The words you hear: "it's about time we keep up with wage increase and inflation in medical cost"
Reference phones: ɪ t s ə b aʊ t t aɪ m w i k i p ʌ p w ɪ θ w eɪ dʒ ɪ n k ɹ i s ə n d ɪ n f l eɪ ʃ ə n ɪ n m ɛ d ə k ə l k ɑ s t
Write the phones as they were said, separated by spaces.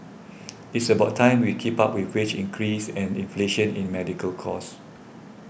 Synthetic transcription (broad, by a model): ɪ t s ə b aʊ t t aɪ m w i k i p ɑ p w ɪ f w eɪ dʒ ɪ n k ɹ i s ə n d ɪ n f l eɪ ʃ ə n ɪ n m ɛ d ə k ə l k ɑ s